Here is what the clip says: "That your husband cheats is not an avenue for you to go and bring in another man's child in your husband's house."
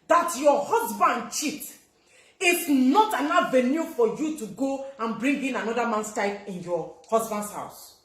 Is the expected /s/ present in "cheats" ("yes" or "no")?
no